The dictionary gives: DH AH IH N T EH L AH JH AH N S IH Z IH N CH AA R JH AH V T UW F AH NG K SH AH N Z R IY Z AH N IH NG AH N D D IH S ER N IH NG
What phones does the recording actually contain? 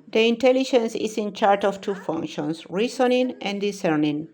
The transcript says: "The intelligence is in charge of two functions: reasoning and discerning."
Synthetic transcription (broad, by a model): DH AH IH N T EH L AH JH AH N S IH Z IH N CH AA R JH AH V T UW F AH NG K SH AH N S R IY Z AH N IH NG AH N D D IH S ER N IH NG